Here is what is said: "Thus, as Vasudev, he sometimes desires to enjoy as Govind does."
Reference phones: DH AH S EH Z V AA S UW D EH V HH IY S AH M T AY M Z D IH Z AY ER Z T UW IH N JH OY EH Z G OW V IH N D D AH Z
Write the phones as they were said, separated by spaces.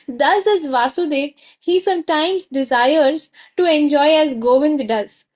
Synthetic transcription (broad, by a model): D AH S EH Z V AA S UW D EH V HH IY S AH M T AY M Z D IH Z AY ER Z T UW IH N JH OY EH Z G OW V IH N D D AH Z